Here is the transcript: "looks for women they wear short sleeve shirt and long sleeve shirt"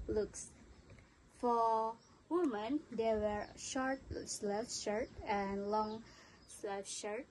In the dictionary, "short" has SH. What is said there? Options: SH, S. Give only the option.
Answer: SH